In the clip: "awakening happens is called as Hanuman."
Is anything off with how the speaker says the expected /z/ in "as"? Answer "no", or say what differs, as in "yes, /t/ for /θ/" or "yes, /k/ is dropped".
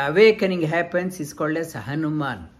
yes, /s/ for /z/